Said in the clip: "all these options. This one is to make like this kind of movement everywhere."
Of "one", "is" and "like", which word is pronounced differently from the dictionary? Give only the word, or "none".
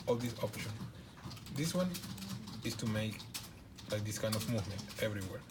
is